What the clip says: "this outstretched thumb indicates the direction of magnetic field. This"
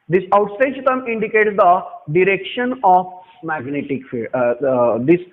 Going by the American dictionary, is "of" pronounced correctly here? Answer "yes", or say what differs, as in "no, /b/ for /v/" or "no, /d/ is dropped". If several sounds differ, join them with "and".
no, /p/ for /v/